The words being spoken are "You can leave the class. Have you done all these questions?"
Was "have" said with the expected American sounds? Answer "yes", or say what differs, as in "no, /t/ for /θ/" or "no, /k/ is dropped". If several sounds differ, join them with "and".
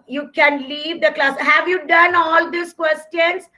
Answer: yes